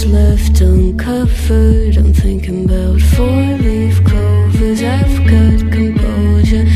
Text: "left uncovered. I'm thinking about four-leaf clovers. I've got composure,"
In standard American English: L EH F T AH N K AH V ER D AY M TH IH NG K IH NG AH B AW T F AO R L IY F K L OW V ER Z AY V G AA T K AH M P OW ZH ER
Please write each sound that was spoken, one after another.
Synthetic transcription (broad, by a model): L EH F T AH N K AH F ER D AY M TH IH NG K IH NG AH B AW T F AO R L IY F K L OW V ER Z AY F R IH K K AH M P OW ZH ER